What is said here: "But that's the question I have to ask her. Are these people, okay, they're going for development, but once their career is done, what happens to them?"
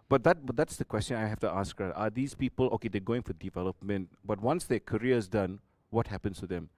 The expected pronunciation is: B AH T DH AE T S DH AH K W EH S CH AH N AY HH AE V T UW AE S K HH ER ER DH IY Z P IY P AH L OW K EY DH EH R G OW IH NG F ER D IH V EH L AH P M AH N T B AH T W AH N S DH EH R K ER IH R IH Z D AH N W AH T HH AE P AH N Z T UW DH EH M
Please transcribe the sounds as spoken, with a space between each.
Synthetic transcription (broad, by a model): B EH T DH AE T S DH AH K W EH S CH AH N AY HH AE F T UW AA S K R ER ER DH IY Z P IY P AH L OW K EY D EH G OW IH NG F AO D IH V EH L AH P M AH N T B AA T W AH N S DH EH K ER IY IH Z D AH N W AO T HH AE P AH N S T UW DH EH M